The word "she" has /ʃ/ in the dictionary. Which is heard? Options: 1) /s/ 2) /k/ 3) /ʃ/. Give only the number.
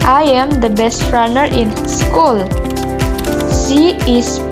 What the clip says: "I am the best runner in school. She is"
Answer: 1